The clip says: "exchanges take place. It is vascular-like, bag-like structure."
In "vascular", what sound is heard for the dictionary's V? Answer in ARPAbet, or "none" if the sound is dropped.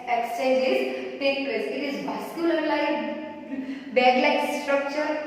B